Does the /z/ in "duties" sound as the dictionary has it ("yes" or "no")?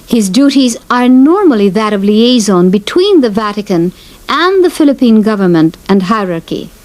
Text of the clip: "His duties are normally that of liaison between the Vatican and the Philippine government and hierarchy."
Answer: yes